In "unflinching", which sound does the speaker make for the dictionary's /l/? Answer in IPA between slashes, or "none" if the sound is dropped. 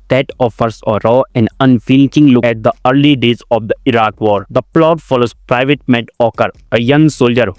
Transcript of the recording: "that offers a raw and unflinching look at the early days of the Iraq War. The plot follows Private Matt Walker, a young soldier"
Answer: none